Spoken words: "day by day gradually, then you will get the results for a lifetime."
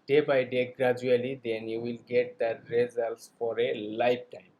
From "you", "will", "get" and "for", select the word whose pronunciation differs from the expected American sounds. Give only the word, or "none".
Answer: none